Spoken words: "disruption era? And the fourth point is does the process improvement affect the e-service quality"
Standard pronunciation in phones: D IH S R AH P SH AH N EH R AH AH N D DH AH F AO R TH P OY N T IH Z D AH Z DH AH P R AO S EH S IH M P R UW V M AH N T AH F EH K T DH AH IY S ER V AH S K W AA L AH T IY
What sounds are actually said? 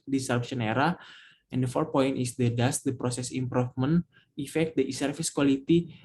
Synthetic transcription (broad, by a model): D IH S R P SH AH N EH R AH AH N D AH F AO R T P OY N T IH S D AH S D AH P R AO S EH S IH M P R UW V M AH N AH F EH K T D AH IY S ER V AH S K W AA L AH T IY